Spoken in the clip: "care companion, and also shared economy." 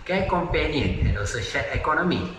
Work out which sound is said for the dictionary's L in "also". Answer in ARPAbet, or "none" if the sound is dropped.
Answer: none